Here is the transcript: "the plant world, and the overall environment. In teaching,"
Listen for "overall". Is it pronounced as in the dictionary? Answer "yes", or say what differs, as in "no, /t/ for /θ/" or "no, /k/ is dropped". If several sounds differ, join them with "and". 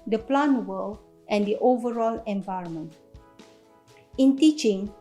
yes